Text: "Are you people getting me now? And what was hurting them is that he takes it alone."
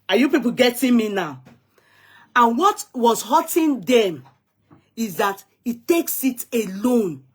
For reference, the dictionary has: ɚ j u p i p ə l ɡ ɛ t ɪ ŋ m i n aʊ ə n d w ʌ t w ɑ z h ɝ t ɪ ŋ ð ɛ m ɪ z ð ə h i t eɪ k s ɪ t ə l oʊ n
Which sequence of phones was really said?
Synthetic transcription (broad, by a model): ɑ j u p i p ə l ɡ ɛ t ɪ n m i n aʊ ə n w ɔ t w ɑ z h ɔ t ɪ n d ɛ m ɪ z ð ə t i t eɪ k s ɪ t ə l oʊ n